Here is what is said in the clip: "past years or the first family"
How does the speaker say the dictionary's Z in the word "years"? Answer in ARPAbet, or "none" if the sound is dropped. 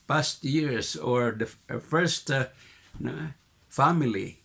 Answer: S